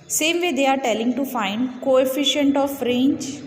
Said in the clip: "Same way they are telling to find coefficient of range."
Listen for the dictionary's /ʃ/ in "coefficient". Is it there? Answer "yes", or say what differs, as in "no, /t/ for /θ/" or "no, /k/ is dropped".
yes